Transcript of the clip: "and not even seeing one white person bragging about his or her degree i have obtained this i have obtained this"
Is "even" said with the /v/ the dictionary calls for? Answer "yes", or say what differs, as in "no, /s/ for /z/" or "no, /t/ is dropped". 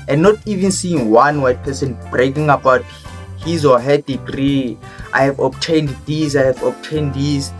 yes